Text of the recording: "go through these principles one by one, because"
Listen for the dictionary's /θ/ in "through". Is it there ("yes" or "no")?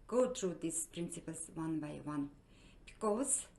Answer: no